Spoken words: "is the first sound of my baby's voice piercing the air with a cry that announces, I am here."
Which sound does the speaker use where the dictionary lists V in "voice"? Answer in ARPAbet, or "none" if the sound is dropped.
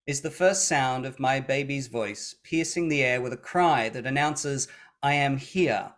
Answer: V